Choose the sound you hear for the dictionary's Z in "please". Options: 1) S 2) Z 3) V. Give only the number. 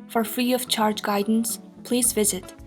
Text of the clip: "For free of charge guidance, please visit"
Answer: 2